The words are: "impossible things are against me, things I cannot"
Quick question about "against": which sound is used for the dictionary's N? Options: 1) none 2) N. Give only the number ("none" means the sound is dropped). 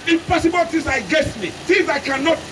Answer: 1